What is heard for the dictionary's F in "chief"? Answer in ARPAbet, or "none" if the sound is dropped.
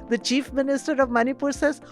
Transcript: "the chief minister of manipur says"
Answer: F